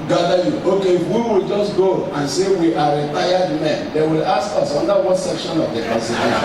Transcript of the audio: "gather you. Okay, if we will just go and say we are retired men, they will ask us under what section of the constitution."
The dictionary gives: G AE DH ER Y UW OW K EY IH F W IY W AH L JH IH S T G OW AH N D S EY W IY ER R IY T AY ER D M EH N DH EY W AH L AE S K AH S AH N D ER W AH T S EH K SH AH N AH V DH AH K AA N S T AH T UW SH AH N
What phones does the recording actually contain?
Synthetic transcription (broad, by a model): G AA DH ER Y UW OW K EY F W IY W AH L JH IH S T G OW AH N S EY W IY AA R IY T AY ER D M EH N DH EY W AH L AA S K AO S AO N D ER W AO T S EH K SH AH N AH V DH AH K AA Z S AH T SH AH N